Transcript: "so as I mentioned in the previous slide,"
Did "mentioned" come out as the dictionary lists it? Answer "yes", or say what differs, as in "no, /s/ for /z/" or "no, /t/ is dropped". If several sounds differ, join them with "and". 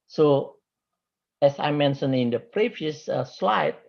no, /d/ is dropped